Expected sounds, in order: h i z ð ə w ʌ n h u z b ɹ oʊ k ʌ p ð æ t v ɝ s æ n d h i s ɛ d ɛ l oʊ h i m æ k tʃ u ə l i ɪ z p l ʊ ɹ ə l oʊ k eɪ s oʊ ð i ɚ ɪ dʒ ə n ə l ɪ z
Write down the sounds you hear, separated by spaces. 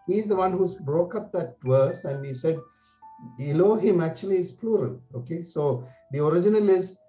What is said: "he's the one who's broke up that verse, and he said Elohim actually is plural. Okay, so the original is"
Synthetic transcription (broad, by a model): h i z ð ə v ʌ n h u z b ɹ oʊ k ʌ p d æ t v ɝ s æ n d h i s ɛ d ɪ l oʊ h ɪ m æ k tʃ u ə l i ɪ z p l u ɹ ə l oʊ k eɪ s oʊ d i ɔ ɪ dʒ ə n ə l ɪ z